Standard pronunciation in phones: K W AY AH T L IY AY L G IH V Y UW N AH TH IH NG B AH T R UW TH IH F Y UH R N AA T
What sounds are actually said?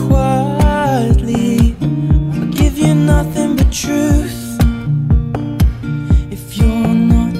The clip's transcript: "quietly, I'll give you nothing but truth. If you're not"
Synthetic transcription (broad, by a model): K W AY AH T L IY AY L G IH V Y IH N AH TH IH NG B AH T R UW TH IH F Y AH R N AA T